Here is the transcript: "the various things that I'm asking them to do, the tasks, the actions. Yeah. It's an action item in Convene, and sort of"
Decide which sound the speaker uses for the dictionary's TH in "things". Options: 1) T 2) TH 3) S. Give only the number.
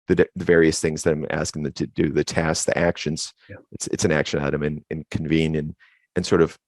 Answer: 2